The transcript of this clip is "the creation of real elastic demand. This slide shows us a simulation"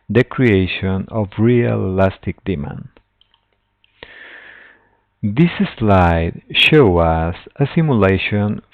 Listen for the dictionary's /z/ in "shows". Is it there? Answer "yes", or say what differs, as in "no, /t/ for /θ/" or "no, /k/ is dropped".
no, /z/ is dropped